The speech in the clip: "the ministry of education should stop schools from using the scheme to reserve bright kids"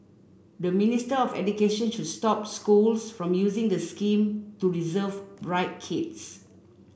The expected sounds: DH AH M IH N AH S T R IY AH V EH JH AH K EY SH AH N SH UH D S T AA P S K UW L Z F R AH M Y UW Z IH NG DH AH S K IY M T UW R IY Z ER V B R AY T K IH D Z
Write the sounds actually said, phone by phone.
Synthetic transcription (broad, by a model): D AH M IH N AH S T IY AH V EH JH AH K EY SH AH N SH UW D S T AA P S K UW L S F R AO M Y UW Z IH NG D AH S K IY M T UW R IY Z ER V B R AY T K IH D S